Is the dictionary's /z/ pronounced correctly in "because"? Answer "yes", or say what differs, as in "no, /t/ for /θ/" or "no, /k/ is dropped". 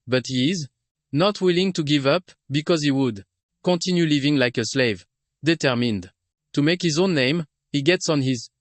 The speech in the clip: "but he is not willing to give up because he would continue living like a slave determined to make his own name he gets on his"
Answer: yes